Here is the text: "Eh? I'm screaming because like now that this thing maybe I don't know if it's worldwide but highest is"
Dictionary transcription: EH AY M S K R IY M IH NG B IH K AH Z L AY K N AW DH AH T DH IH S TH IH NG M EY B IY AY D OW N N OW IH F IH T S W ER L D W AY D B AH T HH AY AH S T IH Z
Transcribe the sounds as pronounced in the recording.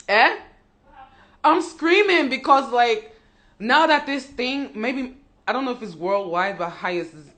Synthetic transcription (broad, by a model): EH AY M S K R IY M IH NG B IH K AH Z L AY K N AW DH AH T DH IH S TH IH NG M EY B IY AY D OW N N OW IH F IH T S W ER L D W AY D B AH T HH AY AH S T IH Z